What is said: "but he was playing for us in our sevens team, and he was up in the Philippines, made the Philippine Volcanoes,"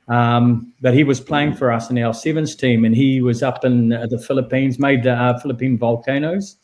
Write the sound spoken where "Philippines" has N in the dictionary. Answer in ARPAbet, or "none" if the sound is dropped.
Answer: N